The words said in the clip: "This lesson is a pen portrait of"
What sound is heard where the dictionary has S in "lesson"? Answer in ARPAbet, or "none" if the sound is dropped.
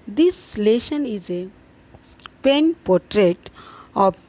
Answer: SH